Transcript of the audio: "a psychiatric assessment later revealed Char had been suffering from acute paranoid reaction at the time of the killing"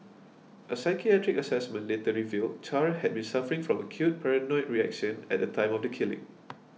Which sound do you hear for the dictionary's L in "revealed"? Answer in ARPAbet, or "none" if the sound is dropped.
L